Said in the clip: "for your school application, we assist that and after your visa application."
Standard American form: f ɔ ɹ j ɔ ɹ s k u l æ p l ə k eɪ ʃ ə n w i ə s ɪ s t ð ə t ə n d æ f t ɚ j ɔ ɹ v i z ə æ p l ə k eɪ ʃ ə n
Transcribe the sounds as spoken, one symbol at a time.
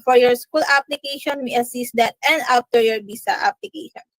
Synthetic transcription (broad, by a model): f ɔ ɹ j ɔ ɹ s k u l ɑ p l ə k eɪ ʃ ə n w i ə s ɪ s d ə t ə n d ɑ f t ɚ j ɔ ɹ b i s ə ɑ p l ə k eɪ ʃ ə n